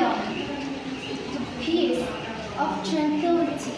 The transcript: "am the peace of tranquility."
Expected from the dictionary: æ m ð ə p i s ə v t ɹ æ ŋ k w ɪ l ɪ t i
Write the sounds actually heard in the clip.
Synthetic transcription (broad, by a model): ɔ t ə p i ə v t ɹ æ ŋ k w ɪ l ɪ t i